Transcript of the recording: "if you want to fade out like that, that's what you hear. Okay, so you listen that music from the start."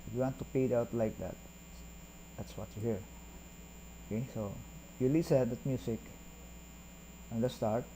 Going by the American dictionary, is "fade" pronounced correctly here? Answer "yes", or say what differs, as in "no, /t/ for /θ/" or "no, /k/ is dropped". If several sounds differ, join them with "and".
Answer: no, /p/ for /f/